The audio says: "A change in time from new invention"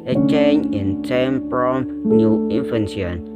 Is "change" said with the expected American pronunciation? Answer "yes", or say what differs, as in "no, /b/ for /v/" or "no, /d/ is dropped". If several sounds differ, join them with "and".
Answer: no, /dʒ/ is dropped